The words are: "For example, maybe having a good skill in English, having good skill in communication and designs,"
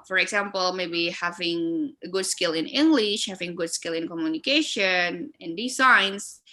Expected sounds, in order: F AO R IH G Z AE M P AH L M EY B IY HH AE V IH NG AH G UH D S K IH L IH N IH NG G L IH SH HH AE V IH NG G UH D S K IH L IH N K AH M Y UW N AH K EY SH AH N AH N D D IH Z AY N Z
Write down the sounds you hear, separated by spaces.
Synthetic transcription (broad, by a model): F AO R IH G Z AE M P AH L M EY B IY HH AE V IH NG AH G UH D S K IH L IH N IH NG G L IH SH HH AE V IH NG G UH D S K IH L IH N K AH M Y UW N AH K EY SH AH N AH N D D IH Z AY N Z